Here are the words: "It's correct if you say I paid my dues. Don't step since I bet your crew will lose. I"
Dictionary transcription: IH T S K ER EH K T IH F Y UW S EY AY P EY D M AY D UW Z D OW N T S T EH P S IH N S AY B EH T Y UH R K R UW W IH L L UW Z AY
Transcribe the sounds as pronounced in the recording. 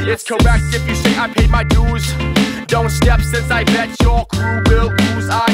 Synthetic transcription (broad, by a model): IH T S K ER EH K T IH F Y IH S EY AY P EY M AY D UW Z D OW N T S T EH P S IH N S AY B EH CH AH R K R UW W IH L N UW Z AY